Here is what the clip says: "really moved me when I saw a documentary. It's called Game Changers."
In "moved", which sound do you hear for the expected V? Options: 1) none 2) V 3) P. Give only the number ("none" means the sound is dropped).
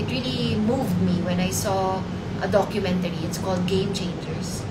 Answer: 2